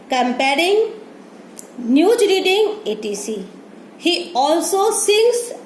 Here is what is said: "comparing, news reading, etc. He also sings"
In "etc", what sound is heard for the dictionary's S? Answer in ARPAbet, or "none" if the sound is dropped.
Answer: none